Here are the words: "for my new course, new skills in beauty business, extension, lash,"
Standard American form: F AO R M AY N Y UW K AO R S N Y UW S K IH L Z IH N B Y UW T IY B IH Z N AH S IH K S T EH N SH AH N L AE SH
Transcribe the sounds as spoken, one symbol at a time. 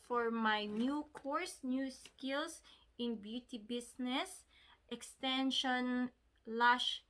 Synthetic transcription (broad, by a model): F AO R M AY N Y UW K AO R S N Y UW S K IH L S IH N B Y UW T IY B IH S N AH S IH K S T EH N SH AH N L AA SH